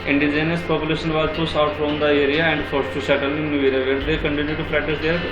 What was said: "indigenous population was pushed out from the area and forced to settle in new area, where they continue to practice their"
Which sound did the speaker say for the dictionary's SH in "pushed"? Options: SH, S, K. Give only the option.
S